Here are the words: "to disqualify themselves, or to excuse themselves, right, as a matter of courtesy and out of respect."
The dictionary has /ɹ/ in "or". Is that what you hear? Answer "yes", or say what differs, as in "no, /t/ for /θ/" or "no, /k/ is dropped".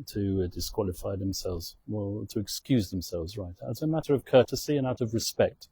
no, /l/ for /ɹ/